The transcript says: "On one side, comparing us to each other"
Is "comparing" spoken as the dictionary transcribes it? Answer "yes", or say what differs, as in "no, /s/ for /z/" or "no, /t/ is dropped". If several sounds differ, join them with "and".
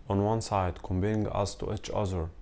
no, /b/ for /p/ and /ɹ/ is dropped